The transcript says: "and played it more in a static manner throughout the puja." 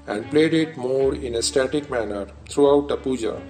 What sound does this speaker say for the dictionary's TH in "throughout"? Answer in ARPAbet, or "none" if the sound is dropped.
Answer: T